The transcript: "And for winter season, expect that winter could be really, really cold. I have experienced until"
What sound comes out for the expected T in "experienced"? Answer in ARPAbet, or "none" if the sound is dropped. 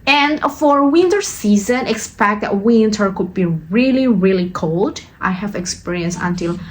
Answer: none